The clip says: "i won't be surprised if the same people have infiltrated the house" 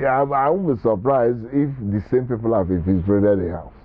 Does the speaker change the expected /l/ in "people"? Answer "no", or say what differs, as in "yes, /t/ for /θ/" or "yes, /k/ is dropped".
no